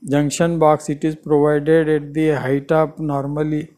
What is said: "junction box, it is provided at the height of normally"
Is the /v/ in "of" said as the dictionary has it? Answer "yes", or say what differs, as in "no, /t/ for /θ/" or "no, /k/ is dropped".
no, /p/ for /v/